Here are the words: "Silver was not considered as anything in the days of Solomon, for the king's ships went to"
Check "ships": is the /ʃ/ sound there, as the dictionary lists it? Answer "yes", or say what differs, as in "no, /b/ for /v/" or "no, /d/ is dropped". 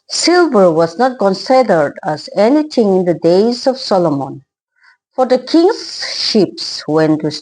yes